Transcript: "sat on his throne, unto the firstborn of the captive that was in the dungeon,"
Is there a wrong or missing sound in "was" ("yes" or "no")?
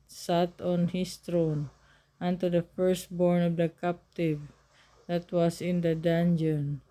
yes